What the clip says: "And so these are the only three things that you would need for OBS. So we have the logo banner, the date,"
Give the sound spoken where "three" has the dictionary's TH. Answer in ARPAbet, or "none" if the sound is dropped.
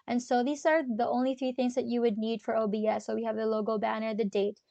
TH